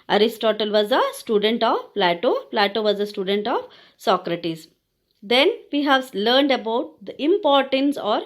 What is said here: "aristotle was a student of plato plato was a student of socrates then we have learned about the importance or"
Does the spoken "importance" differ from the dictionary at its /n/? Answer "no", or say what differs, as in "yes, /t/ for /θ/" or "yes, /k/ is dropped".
no